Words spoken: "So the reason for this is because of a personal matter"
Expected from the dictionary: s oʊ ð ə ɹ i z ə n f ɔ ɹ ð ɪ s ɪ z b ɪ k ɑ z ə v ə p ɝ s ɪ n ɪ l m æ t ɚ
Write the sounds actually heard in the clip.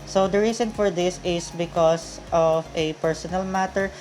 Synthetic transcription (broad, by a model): s oʊ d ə ɹ i s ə n f ɔ ɹ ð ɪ s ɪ s b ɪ k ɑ s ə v ə p ɝ s ɪ n ɪ l m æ t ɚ